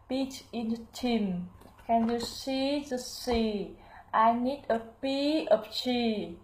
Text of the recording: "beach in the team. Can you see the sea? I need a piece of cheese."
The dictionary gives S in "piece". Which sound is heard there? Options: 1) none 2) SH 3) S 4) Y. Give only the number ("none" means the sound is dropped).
1